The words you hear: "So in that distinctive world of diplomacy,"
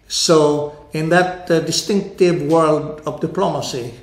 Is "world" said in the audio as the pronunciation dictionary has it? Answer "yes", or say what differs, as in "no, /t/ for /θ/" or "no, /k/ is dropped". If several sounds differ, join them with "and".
yes